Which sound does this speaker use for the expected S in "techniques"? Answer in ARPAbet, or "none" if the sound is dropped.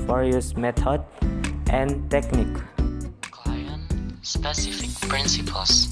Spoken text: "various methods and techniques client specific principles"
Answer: none